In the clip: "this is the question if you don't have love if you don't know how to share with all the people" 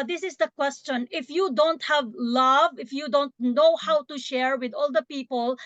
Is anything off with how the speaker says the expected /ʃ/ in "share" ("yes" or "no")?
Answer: no